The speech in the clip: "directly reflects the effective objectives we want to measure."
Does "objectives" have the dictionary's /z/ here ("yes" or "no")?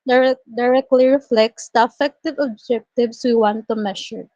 no